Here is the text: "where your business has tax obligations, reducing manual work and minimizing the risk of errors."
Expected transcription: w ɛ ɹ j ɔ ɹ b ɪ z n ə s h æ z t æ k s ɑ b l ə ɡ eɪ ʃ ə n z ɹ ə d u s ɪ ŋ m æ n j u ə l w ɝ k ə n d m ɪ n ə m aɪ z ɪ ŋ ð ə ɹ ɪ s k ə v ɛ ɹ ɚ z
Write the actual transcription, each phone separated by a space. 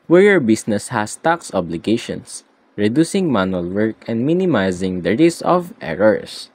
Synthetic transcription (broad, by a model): w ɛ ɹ j ɔ ɹ b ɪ s n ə s h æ s t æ k s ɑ b l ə ɡ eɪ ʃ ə n s ɹ ə d u s ɪ ŋ m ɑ n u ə l w ɝ k ə n d m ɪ n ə m aɪ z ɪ ŋ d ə ɹ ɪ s ə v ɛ ɹ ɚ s